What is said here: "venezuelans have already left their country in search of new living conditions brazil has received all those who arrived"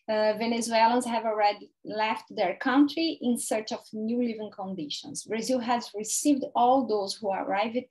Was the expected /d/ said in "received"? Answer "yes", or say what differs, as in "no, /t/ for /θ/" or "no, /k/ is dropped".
yes